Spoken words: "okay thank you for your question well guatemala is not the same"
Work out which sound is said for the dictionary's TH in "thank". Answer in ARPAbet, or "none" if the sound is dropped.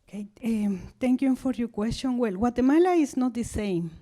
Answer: T